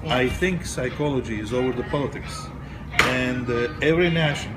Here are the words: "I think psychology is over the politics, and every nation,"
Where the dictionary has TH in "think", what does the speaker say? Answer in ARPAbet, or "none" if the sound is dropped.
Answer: TH